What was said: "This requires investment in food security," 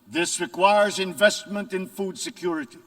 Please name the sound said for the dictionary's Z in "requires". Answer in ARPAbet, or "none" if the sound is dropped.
Z